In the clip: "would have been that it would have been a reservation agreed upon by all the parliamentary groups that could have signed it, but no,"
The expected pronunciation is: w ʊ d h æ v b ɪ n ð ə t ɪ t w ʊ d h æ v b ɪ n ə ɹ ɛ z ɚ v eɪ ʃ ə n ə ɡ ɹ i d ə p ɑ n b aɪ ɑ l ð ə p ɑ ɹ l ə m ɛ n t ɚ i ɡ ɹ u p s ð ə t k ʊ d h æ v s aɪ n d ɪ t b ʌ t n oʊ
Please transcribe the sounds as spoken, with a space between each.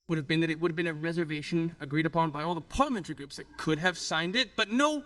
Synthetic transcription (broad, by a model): w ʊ d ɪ v b ɪ n ð ə t ɪ t w ʊ d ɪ v b ɪ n ə ɹ ɛ z ɚ v eɪ ʃ ə n ə ɡ ɹ i d ə p ɑ n b aɪ ɑ l ð ə p ɑ ɹ l ə m ɛ n t ɚ i ɡ ɹ u p s ð ə t k ʊ d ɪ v s aɪ n d ɪ t b ʌ t n oʊ